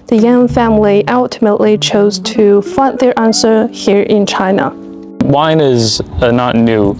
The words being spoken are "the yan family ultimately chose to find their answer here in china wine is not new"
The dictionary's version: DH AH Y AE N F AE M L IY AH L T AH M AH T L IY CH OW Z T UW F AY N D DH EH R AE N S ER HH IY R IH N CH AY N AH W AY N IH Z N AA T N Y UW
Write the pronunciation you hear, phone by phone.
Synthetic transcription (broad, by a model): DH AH Y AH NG F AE M L IY AH L T AH M AH T L IY CH OW Z T UW F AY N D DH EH R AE N S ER HH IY R IH N CH AY N AH W AY N IH Z N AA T N Y UW